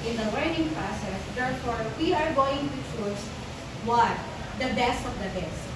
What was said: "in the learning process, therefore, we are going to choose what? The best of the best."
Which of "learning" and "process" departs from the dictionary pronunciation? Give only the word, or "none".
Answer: learning